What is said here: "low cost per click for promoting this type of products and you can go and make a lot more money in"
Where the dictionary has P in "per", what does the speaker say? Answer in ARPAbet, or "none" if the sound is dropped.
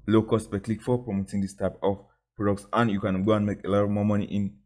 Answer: B